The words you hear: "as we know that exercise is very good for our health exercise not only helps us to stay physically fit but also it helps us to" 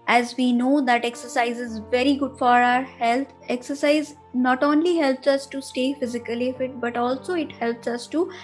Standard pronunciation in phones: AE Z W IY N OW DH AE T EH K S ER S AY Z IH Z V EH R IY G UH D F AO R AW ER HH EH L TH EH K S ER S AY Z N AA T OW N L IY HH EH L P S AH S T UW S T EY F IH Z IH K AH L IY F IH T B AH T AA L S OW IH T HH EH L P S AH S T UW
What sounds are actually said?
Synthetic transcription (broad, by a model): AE Z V IY N OW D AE T EH K S ER S AY Z IH Z V EH R IY G UH D F AO R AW ER HH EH L T EH K S ER S AY Z N AA T OW N L IY HH EH L P S AH S T UW S T EY F IH Z IH K AH L IY F IH T B AH T AA L S OW IH T HH EH L P S AH S T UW